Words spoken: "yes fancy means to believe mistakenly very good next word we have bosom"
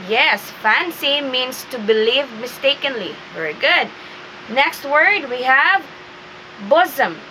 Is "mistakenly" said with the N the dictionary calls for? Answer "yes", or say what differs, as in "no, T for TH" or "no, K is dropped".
yes